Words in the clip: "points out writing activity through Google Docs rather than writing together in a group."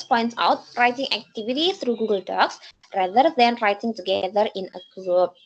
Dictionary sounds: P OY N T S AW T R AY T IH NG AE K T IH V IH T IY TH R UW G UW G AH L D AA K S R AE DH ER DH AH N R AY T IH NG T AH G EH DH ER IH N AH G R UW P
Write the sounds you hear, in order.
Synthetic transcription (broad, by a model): P OY N T S AW T R AY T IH NG AE K T IH V IH T IY T R UW G UW G AH L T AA K S R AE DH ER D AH N R AY T IH NG T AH G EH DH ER IH N AH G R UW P